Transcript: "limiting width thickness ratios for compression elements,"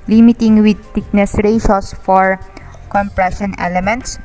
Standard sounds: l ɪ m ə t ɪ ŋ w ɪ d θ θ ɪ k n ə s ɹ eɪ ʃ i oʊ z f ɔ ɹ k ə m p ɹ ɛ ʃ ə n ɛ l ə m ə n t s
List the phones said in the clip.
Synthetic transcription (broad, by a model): l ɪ m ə t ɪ ŋ w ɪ d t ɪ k n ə s ɹ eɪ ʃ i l s f ɔ ɹ k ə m p ɹ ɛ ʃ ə n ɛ l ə m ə n t s